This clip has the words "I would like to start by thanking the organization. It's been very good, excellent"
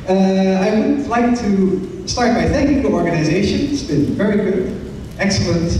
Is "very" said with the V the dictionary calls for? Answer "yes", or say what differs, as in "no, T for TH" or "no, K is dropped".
yes